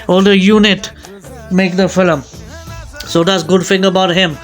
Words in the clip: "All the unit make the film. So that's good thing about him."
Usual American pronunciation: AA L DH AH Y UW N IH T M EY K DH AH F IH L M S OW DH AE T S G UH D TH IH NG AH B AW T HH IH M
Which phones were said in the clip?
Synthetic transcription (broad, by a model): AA L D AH Y UW N IH T M EY K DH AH F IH L M S OW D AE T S G UH D F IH NG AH B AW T HH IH M